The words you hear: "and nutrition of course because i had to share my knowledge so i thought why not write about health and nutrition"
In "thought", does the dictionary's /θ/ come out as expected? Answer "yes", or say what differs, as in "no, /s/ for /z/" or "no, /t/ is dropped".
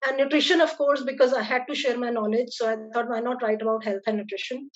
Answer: no, /t/ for /θ/